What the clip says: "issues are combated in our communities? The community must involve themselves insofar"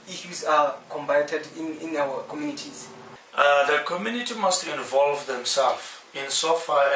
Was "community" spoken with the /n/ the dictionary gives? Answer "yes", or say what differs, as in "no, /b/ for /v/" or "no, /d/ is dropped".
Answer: yes